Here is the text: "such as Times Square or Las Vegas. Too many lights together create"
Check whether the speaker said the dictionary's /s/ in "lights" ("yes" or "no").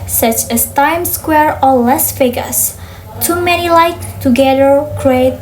no